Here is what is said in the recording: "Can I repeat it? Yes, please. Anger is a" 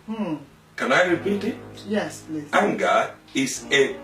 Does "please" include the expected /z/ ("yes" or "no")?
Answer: no